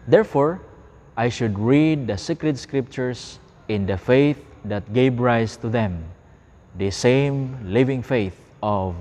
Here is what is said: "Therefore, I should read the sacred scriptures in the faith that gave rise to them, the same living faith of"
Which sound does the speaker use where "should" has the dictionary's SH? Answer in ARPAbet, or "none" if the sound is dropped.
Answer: SH